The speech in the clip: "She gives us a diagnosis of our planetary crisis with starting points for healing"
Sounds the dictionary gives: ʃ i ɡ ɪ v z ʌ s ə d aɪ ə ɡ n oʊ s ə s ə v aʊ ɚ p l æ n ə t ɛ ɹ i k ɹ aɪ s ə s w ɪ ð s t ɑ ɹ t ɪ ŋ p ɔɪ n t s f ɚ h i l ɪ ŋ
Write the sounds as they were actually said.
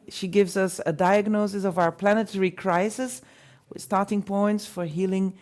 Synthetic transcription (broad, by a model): ʃ i ɡ ɪ v z ʌ s ə d aɪ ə ɡ n oʊ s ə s ə v aʊ ɚ p l æ n ə t ɛ ɹ i k ɹ aɪ s ə s w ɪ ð s t ɑ ɹ t ɪ ŋ p ɔɪ n t s f ɚ h i l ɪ ŋ